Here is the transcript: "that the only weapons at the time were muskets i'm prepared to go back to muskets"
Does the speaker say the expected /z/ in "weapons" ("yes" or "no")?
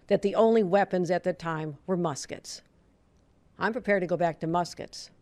yes